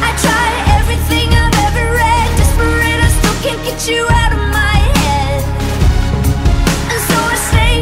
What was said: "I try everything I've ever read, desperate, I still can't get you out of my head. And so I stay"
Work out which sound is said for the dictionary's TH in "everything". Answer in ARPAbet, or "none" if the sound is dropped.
TH